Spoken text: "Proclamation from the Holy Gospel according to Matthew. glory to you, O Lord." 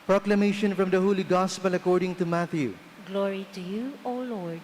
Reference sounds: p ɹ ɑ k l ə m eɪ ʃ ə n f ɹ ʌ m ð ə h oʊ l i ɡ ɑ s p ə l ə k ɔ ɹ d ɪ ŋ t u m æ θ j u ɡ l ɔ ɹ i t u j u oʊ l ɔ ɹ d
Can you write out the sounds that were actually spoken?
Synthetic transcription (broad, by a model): p ɹ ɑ k l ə m eɪ ʃ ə n f ɹ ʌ m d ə h oʊ l i ɡ ɑ s p ə l ə k ɔ ɹ d ɪ ŋ t u m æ t j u ɡ l ɔ ɹ i t u j u oʊ l ɔ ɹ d